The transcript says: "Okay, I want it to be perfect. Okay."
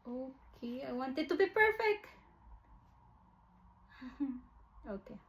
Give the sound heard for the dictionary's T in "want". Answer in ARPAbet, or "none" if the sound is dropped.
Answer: T